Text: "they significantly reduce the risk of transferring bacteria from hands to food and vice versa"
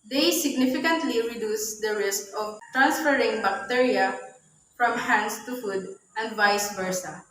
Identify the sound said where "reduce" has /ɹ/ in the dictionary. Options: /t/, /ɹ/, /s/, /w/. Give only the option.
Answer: /ɹ/